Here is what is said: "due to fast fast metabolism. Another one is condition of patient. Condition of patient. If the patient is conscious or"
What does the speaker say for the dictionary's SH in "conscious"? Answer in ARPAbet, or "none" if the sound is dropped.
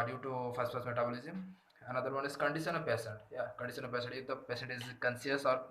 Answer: S